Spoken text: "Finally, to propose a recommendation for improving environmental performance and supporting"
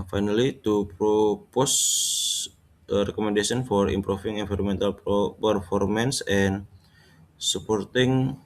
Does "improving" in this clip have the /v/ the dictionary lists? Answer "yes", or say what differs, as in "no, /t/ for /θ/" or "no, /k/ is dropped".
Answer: no, /f/ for /v/